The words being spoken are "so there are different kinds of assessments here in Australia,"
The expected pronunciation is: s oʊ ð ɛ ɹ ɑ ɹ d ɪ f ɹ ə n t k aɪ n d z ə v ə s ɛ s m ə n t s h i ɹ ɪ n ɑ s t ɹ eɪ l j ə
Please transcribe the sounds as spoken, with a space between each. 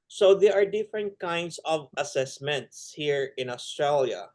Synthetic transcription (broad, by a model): s oʊ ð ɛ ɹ ɑ ɹ d ɪ f ɹ ə n t k aɪ n d s ə v ə s ɛ s m ə n t s h i ɹ ɪ n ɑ s t ɹ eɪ l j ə